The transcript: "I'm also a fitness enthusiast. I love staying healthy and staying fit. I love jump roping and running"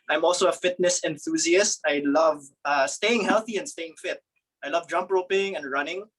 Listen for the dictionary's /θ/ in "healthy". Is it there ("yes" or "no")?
yes